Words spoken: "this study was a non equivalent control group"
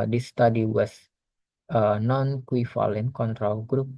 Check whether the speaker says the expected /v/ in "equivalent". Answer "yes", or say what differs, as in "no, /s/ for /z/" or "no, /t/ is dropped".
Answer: no, /f/ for /v/